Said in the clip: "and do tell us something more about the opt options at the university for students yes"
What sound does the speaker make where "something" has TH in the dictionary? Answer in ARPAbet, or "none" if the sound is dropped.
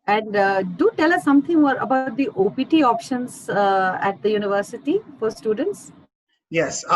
T